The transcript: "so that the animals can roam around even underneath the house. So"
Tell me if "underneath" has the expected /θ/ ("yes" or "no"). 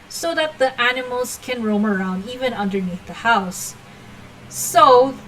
yes